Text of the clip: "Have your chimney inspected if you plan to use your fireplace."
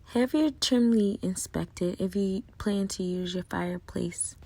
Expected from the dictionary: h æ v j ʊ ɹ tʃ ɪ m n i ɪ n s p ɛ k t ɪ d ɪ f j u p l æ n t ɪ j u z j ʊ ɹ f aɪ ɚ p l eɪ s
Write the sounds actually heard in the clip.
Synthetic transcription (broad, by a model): h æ v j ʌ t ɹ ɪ m l i ɪ n s p ɛ k t ɪ d ɪ f j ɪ p l æ n t ɪ j u z j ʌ ɹ f aɪ ɚ p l eɪ s